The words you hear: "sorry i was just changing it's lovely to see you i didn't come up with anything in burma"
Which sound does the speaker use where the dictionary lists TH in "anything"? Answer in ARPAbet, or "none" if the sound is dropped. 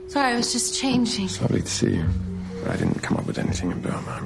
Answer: TH